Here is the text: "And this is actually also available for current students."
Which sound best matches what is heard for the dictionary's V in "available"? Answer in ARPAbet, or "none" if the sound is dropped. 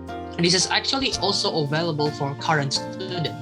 V